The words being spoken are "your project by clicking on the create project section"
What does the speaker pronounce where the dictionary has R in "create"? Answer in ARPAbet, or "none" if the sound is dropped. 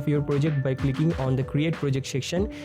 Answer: R